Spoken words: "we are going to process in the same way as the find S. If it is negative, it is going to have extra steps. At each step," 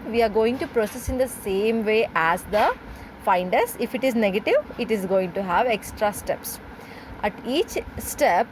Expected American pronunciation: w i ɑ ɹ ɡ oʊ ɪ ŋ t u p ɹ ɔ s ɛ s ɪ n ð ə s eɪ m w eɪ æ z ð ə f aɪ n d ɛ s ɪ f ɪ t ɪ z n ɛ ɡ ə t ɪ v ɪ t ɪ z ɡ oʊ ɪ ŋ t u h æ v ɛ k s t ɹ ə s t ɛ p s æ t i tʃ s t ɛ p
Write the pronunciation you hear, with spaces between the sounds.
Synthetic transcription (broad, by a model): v i ɑ ɹ ɡ oʊ ɪ ŋ t u p ɹ ɔ s ɛ s ɪ n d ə s eɪ m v eɪ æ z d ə f aɪ n d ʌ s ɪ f ɪ t ɪ z n ɛ ɡ ə t ɪ v ɪ t ɪ z ɡ oʊ ɪ ŋ t u h æ v ɛ k s t ɹ ə s t ɛ p s æ t i tʃ s t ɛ p